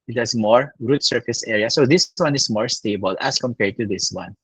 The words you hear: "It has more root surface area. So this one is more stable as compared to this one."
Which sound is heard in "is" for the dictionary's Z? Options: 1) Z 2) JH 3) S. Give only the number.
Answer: 3